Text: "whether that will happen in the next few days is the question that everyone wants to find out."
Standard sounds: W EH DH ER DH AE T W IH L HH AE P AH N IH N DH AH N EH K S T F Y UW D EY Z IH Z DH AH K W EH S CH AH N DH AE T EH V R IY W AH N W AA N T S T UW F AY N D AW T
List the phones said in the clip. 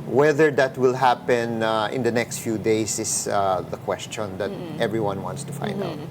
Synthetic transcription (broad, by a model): W EH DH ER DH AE T W IH L HH AE P AH N IH N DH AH N EH K S T F Y UW D EY S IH S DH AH K W EH S CH AH N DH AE T EH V R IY W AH N W AA N T S T UW F AY N D AW T